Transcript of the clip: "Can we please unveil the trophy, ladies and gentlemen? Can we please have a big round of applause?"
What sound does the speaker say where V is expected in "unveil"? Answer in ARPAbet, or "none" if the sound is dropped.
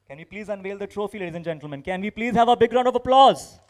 V